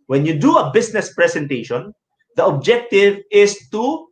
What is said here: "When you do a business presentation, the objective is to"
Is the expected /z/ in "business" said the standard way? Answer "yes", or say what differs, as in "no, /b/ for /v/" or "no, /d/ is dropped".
no, /s/ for /z/